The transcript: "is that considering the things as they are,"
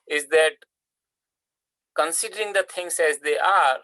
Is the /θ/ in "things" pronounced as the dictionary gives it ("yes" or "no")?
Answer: no